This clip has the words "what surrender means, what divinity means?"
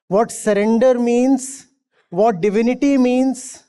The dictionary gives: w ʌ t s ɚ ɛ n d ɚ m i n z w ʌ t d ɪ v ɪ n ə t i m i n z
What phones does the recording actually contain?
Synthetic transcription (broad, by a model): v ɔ t s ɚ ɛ n d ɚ m i n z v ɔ t d ɪ v ɪ n ə t i m i n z